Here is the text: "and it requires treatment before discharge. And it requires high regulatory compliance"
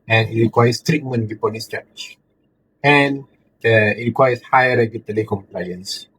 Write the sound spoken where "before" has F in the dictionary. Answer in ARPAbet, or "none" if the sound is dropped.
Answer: P